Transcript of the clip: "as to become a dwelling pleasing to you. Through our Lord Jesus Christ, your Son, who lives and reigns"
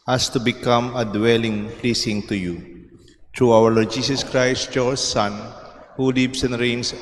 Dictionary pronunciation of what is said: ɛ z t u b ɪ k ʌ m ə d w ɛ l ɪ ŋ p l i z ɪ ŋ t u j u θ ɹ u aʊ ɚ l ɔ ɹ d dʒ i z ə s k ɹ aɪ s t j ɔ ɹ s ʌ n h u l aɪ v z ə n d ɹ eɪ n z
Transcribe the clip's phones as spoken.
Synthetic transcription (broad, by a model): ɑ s t u b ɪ k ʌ m ə d w ɛ l ɪ ŋ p l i s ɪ ŋ t u j u t ɹ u aʊ ɚ l ɔ ɹ d dʒ i s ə s k ɹ aɪ s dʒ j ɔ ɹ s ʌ n h u l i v s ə n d ɹ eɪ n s